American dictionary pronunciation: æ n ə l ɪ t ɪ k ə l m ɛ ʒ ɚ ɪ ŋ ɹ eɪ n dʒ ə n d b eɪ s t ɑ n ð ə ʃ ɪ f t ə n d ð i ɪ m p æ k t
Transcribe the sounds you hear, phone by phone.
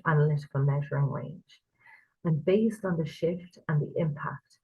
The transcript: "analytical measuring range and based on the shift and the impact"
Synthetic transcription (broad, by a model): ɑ n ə l ɪ t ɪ k ə l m ɛ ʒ ɚ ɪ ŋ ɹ eɪ n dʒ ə n b eɪ s t n ð ə ʃ ɪ f t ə n ð i ɪ m p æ k t